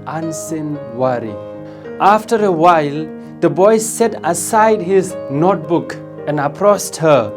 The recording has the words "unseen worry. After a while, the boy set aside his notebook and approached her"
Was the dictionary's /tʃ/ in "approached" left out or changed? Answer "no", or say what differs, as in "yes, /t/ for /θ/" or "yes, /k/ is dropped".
yes, /s/ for /tʃ/